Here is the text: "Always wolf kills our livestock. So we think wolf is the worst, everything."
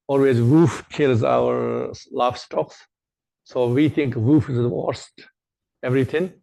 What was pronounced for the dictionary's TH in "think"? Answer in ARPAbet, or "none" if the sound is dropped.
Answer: T